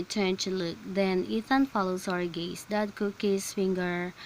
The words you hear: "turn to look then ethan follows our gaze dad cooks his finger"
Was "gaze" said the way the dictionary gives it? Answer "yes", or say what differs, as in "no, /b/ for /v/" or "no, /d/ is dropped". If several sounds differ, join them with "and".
no, /s/ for /z/